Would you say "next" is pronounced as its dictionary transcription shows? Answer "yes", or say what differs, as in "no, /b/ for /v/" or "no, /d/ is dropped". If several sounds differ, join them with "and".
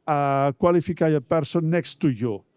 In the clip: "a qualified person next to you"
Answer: yes